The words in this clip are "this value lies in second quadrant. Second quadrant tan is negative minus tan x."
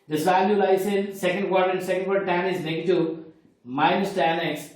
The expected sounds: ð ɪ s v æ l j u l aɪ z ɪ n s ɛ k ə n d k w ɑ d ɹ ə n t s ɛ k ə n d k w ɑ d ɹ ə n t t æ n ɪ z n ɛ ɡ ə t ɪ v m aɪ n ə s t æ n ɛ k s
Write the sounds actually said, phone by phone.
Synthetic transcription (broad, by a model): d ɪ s v æ l j u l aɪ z ɪ n s ɛ k ə n d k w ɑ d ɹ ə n s ɛ k ə n d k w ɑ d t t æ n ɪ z l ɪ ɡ t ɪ m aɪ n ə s t æ n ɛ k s